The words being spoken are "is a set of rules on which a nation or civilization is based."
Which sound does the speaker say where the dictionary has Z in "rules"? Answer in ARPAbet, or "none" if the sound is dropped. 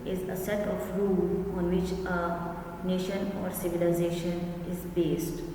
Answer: none